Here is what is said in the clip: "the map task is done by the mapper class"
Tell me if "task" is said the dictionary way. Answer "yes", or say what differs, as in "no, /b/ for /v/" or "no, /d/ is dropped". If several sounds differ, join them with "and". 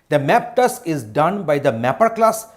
no, /k/ is dropped